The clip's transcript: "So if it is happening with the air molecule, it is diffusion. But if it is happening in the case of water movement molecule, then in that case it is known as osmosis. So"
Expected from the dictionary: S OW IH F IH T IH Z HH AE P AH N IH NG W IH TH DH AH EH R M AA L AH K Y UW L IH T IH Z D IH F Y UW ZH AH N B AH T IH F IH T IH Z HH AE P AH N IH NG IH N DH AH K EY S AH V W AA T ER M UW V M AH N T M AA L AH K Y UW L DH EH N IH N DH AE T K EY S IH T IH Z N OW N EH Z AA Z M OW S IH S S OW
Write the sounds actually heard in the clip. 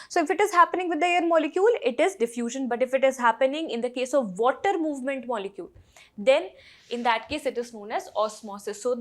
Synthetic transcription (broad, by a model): S OW IH F IH T IH Z HH AE P AH N IH NG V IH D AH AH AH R M AA L AH K Y UW L IH T IH Z D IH F Y UW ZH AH N B AH T IH F IH T IH Z HH AE P AH N IH NG IH N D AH K EY S AH V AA T ER M UW V M AH N T M AA L AH K Y UW L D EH N IH N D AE T K EY S IH T IH Z N OW N EH Z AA S M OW S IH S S OW